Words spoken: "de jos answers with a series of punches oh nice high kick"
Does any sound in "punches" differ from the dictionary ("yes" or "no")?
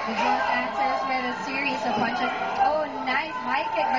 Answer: yes